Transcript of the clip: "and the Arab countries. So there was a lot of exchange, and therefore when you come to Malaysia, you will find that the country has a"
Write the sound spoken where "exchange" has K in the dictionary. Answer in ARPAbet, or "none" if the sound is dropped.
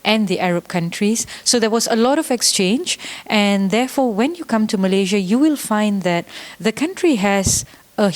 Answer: K